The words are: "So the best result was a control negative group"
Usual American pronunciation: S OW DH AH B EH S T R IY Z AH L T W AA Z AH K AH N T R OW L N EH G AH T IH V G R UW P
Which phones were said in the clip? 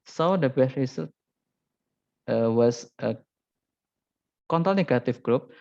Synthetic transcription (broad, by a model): S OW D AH B EH S T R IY S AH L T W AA S AH K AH N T OW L N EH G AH T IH F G R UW P